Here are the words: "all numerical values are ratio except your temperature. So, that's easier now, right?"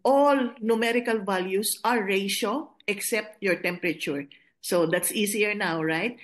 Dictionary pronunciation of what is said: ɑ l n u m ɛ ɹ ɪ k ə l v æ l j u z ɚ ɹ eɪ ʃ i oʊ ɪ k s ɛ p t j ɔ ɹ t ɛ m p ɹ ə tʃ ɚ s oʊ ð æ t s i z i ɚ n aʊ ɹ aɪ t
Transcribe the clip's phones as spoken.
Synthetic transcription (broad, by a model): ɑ l n u m ɛ ɹ ɪ k ə l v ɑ l j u s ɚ ɹ eɪ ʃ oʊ ɪ k s ɛ p t j ɔ ɹ t ɛ m p ɹ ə tʃ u s oʊ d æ t s i s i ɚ n aʊ ɹ aɪ t